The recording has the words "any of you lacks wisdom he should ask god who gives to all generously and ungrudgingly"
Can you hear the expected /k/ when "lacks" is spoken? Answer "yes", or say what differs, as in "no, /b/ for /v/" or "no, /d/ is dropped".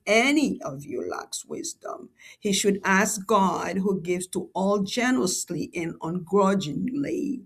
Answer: yes